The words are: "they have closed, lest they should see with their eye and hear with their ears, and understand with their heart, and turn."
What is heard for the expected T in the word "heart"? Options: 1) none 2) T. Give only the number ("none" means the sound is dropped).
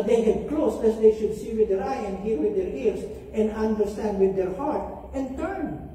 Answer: 2